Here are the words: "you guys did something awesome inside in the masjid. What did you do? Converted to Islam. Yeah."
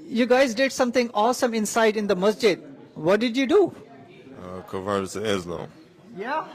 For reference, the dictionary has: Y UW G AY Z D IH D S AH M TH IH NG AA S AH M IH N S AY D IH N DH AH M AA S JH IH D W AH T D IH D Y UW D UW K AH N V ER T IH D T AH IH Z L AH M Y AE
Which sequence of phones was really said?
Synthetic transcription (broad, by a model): Y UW G AY Z D IH D S AH M T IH NG AA S AH M IH N S AY D IH N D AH M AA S JH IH D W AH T D IH D Y UW D UW K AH V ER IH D S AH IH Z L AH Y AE